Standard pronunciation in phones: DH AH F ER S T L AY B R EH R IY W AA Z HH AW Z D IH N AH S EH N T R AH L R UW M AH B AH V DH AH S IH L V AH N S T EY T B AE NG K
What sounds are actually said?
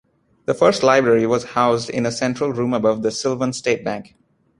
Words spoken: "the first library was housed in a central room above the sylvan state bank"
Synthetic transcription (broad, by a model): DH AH F ER S T L AY B R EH R IY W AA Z HH AW Z D IH N AH S EH N T R AH L R UW M AH B AH V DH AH S IH L V AH N S T EY T B AE NG K